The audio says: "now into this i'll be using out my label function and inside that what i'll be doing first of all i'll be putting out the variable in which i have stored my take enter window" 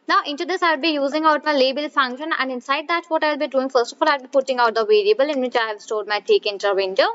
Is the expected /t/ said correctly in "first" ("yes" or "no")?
yes